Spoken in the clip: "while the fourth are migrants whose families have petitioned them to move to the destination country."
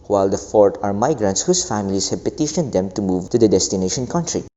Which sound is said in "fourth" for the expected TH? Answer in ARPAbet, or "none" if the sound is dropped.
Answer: T